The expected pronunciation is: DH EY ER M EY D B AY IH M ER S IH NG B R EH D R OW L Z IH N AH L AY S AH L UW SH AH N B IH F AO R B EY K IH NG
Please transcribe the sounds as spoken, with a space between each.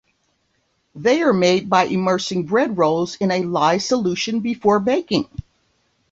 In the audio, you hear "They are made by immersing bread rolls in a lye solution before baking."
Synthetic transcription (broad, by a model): DH EY ER M EY D B AY IH M ER S IH NG B R EH D R OW L Z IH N AH L AY S AH L UW SH AH N B IH F AO R B EY K IH NG